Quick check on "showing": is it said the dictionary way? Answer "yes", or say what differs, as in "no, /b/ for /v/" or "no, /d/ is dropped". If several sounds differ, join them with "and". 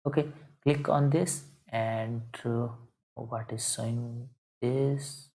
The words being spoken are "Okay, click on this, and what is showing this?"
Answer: no, /s/ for /ʃ/